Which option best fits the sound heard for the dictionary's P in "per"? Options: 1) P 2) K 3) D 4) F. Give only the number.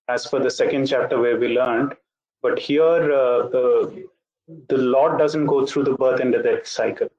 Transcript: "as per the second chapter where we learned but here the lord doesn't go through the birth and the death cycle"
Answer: 4